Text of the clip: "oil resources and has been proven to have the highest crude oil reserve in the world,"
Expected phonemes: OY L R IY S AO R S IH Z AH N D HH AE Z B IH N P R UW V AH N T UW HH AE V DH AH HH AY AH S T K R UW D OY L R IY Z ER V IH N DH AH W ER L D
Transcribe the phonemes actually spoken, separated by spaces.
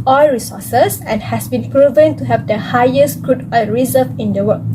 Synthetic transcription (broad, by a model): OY L R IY S AO S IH S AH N HH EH S B IH N P R UW V AH N T UW HH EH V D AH HH AY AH S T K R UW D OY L R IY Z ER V IH N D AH W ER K